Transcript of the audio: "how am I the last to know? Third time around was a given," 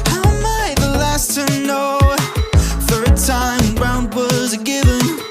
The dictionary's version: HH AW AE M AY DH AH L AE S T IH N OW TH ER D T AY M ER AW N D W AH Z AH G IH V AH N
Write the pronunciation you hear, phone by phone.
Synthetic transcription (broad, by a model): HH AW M AY DH AH L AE S S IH N OW TH ER D T AY M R AW N D W AH Z G IH V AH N